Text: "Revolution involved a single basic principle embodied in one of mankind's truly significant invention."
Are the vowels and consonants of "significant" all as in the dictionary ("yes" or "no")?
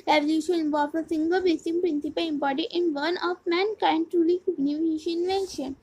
no